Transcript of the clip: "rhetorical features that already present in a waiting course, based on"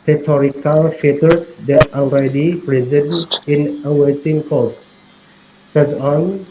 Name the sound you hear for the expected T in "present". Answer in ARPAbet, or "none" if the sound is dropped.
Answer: none